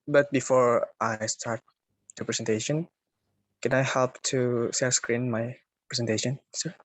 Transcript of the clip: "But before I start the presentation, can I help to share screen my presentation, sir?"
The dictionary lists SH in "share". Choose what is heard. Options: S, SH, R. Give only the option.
S